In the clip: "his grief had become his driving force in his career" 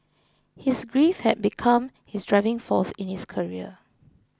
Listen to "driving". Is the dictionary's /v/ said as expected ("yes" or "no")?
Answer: yes